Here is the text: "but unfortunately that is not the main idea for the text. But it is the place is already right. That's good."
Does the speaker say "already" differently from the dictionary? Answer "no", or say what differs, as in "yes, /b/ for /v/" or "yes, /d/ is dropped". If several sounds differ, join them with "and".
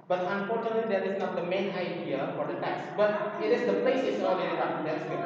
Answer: yes, /l/ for /ɹ/